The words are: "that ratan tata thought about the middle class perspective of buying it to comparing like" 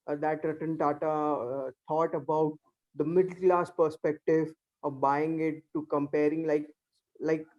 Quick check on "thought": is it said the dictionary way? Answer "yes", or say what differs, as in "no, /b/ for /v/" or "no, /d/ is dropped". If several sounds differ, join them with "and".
no, /t/ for /θ/